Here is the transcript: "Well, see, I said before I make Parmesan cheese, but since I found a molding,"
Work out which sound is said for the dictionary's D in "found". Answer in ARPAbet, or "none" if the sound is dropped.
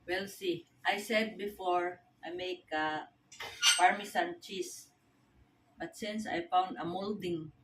D